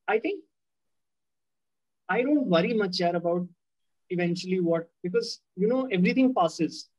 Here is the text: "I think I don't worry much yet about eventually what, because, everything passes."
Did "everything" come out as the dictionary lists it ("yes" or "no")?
no